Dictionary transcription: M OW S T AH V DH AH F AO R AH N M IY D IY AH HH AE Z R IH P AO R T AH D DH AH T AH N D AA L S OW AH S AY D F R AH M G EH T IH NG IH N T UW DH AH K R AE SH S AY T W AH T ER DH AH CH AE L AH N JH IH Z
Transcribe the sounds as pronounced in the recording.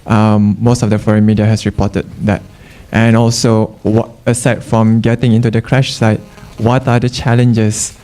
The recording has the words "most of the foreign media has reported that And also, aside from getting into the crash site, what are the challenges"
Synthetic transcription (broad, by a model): M OW S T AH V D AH F AO R AH N M IY D IY AH HH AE S R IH P AO T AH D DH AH T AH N AA L S OW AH S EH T F R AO M G EH T IH NG IH N T UW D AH K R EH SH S AY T W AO T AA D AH CH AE L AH N JH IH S